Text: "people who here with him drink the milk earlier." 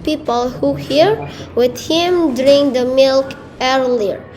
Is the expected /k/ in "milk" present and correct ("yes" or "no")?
yes